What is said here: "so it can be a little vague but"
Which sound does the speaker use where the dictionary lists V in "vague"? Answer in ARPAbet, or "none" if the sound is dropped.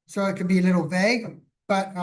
V